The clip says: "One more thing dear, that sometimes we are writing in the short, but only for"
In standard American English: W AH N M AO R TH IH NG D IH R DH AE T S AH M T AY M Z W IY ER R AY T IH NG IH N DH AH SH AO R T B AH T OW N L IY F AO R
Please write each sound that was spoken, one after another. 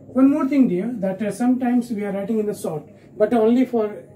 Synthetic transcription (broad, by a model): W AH N M AO R T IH NG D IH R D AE T S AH M T AY M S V IY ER R AY T IH NG IH N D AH S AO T B AH T OW N L IY F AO R